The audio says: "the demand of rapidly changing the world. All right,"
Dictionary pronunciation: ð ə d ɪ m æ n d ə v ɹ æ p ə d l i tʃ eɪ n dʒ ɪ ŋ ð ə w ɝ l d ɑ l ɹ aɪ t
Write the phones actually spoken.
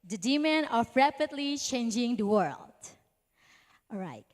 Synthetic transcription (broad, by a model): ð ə d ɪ m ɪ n ə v ɹ æ p ə d l i tʃ eɪ n dʒ ɪ ŋ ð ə w ɝ l d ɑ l ɹ aɪ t